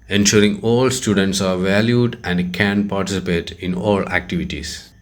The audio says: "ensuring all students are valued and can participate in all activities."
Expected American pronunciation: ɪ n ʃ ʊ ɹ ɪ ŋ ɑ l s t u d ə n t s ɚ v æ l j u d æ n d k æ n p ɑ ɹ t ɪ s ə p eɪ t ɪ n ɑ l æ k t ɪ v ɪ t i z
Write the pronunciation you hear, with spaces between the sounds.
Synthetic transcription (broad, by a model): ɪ n ʃ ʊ ɹ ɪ ŋ ɑ l s t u d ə n t s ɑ v æ l j u d æ n d k æ n p ɑ ɹ t ɪ s ə p eɪ t ɪ n ɑ l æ k t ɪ v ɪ t i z